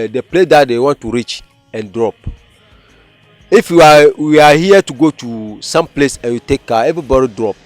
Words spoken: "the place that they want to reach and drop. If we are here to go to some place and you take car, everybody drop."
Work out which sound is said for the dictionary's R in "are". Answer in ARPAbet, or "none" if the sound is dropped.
W